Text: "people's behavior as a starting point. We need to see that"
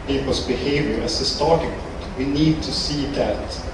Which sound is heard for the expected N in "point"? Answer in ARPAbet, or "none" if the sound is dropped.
none